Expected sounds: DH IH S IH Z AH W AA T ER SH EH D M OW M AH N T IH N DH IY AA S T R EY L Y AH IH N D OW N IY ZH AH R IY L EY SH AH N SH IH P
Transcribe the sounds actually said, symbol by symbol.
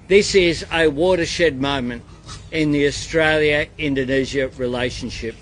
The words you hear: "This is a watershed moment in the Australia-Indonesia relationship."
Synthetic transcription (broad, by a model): DH IH S IH Z AH W AA T ER SH EH D M OW M AH N T IH N DH IY AA S T R EY L Y AH IH N D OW N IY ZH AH R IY L EY SH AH N SH IH P